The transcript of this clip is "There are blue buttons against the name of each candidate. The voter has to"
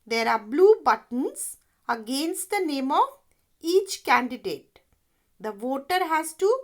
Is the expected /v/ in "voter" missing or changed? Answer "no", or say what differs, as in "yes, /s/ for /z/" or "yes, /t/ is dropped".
no